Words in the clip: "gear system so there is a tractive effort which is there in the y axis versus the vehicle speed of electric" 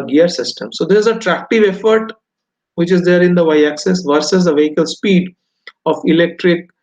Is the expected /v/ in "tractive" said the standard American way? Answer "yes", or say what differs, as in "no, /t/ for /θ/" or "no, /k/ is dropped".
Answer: yes